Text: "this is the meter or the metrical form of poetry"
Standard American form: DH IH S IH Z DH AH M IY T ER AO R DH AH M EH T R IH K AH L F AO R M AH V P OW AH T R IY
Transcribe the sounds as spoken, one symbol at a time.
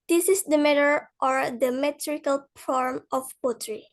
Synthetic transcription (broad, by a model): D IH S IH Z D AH M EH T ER AO R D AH M EH T R IH K AH L P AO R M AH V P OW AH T R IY